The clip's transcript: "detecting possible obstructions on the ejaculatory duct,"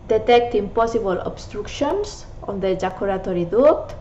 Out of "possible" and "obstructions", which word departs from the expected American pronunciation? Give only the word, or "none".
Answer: obstructions